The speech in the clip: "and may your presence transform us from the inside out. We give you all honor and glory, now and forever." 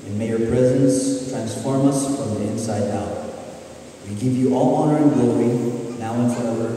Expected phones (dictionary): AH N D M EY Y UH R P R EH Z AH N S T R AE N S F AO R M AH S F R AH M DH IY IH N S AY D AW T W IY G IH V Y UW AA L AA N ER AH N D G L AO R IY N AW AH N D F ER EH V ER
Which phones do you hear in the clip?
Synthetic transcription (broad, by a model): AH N M EY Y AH R P R EH Z AH N S T R AE N S F AO R M AH S F R AH M DH IY IH N S AY D AW T W IY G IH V Y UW AA L AA N ER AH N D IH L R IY N AW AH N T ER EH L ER